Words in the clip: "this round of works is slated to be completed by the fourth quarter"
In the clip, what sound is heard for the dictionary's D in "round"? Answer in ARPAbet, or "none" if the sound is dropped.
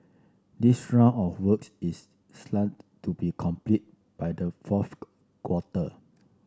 none